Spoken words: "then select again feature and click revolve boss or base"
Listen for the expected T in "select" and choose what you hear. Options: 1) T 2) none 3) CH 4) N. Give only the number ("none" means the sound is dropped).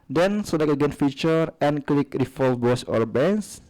2